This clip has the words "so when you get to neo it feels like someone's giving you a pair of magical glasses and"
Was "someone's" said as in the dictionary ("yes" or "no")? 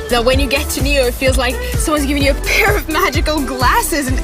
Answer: yes